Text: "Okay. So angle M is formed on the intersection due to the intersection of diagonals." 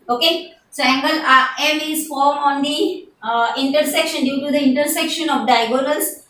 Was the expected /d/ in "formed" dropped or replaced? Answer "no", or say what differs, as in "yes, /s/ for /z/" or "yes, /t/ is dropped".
yes, /d/ is dropped